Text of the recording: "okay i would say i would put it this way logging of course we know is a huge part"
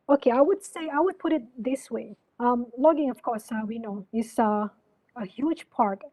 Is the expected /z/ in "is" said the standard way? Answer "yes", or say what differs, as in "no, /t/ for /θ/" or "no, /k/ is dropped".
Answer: no, /s/ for /z/